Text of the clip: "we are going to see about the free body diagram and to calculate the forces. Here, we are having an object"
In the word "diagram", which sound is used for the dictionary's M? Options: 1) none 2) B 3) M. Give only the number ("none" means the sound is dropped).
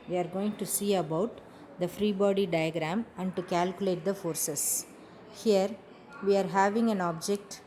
3